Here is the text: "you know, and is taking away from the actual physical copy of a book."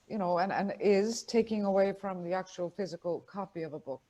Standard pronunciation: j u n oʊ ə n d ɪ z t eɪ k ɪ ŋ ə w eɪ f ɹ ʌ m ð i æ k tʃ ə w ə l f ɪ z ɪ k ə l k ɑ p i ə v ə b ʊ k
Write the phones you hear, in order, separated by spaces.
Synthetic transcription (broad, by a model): j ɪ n oʊ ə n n ɪ z t eɪ k ɪ ŋ ə w eɪ f ɹ ʌ m ð i æ k tʃ ə w ə l f ɪ z ɪ k ə l k ɑ p i ə v ə b ʊ k